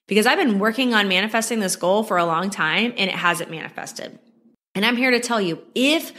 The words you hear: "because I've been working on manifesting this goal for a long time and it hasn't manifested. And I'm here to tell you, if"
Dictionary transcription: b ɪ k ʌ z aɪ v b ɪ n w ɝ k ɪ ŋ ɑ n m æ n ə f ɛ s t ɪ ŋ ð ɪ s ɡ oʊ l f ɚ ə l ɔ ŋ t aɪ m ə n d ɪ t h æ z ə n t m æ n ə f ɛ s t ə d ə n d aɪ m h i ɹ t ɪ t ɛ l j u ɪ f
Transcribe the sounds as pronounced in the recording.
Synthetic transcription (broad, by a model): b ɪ k ʌ z aɪ v b ɪ n w ɝ k ɪ ŋ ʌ n m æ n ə f ɛ s t ɪ ŋ ð ɪ s ɡ oʊ l f ɚ ə l ɔ ŋ t aɪ m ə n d ɪ t h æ z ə t m æ n ə f ɛ s t ə d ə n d aɪ m h i ɹ t ɪ t ɛ l j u ɪ f